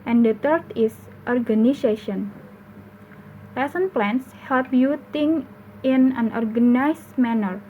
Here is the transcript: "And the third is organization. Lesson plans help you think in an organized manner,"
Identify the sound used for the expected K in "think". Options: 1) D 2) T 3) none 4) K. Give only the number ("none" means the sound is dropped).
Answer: 3